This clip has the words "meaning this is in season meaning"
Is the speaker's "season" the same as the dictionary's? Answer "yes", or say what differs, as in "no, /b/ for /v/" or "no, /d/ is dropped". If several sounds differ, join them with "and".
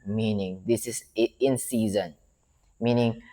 yes